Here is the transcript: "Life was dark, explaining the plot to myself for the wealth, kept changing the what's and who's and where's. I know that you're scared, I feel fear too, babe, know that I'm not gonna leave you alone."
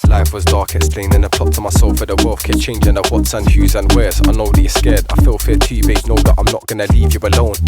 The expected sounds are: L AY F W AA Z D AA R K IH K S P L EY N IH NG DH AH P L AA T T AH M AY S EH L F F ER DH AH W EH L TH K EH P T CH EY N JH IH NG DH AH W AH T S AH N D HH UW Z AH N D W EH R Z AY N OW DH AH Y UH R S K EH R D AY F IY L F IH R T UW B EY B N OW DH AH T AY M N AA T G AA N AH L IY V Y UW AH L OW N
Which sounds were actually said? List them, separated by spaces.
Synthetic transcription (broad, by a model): L AY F W AA Z D AA R K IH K S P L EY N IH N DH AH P AA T T AH M AY S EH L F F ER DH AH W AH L F K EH CH EY N JH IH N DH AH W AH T S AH N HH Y UW Z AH N W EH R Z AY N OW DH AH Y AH S K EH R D AY F IY L F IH T UW B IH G N OW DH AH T AY M N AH T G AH N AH L IY V Y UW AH L OW N